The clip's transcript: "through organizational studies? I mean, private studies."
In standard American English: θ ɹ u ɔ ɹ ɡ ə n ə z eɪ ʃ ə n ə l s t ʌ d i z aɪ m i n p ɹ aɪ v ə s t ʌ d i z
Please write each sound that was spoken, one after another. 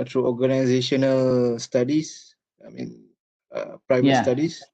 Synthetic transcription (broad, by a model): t ɹ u ɔ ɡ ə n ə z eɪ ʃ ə n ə l s t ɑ d i s aɪ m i n p ɹ aɪ v ə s t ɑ d i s